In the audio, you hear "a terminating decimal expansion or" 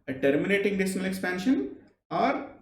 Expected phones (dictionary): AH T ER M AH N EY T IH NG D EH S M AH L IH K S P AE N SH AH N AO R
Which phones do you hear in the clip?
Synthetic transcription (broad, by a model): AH T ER M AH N EY T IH NG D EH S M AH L IH K S P AE N SH AH N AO R